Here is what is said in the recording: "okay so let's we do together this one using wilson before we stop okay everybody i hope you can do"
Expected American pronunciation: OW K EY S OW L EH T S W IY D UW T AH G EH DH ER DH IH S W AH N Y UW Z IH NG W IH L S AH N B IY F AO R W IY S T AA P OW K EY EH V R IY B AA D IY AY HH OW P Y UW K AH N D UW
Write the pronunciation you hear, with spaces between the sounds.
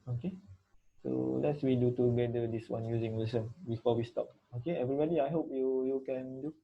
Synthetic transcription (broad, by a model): OW K EY S OW L EH T S W IY D UW T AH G EH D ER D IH S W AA N Y UW Z IH NG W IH S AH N B IY F AO W IY S T AA P OW K EY EH V R IY B AA D IY AY HH OW P Y UW K AH N D UW